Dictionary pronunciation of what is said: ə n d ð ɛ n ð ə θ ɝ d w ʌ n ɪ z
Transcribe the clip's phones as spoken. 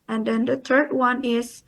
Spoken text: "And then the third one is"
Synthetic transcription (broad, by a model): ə n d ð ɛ n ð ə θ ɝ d w ʌ n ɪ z